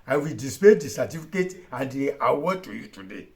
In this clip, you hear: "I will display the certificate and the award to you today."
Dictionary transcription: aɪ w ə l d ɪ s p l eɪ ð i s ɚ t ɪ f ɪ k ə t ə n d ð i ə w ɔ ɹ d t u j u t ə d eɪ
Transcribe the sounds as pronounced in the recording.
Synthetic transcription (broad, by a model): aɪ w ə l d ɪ s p eɪ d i s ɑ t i f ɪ k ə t ə n d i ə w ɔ t u j u t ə d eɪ